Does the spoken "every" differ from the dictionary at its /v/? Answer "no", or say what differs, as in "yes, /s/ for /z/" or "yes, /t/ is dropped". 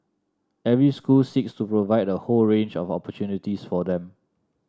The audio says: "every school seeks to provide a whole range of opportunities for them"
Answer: no